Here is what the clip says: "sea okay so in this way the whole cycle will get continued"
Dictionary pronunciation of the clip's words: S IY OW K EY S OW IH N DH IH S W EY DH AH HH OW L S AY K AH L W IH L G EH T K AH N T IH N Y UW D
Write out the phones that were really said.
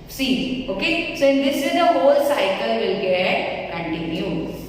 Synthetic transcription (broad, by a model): S IY OW K EY S OW IH N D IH S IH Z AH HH OW L S AY K AH L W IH L G EH T K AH N T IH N Y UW